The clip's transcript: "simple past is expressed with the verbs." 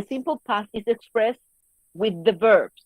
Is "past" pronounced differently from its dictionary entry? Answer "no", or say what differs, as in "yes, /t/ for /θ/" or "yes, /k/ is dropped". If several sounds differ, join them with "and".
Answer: yes, /t/ is dropped